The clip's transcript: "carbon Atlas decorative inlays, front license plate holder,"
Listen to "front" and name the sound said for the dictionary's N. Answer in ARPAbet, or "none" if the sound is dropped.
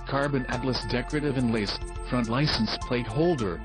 N